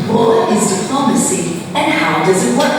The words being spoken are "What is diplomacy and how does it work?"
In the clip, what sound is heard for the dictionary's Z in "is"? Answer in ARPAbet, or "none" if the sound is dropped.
Z